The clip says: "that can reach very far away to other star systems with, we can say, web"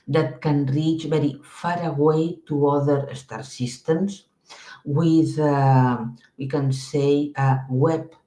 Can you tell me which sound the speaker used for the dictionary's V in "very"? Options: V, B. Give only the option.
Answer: B